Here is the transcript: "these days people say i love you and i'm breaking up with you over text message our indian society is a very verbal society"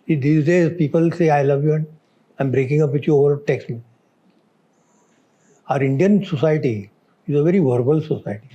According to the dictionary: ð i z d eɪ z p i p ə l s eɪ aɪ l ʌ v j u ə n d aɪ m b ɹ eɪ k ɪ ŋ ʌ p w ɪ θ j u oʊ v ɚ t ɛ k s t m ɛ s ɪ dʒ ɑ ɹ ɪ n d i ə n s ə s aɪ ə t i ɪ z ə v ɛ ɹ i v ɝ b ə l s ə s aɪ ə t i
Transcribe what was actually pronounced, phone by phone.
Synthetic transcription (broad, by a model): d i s d eɪ z p i p ə l s eɪ aɪ l ʌ v j u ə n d aɪ m b ɹ eɪ k ɪ ŋ ʌ p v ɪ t j u oʊ v ɚ t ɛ k s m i ɪ ʌ ɹ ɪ n d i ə n s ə s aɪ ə t i ɪ z ə v ɛ ɹ i v ɝ b ə l s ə s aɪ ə t i